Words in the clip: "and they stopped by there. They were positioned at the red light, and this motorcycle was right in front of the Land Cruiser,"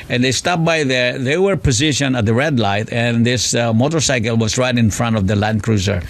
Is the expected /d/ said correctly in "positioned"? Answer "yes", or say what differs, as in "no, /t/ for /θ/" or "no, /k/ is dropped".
no, /d/ is dropped